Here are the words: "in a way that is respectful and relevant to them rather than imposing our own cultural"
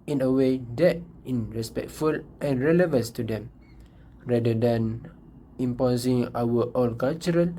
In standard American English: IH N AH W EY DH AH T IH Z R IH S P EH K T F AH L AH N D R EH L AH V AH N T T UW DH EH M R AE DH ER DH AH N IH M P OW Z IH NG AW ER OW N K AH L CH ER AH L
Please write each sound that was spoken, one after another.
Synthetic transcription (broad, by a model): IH N AH W EY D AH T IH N R IH S P EH K T F AH L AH N R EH L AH V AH N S T UW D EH M R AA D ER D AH N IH M P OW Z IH NG AW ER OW L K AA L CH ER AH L